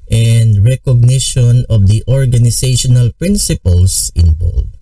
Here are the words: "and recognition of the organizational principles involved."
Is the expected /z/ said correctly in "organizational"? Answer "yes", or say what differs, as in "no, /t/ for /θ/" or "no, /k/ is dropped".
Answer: no, /s/ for /z/